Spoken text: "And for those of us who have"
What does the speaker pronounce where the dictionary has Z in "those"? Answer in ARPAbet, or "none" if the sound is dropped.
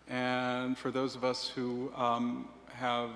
Z